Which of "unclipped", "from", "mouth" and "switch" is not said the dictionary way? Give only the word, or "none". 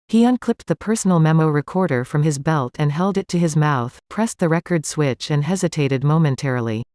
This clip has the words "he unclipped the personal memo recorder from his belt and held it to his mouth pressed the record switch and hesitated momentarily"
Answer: none